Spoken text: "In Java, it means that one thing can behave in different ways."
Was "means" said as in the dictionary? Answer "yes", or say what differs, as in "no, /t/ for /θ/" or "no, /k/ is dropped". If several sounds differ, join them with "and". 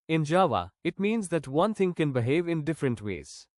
yes